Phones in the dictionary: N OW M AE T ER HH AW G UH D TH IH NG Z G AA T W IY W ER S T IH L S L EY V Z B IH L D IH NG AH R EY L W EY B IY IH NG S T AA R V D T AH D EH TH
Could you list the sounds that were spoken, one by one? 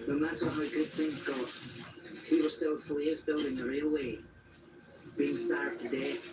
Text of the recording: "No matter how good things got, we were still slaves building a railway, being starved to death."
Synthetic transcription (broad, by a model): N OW M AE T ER HH AW G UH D TH IH NG Z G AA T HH IY W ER S T IH L S L EY V Z B IH L D IH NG AH R EY L W EY B IY IH NG S T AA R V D T AH D EH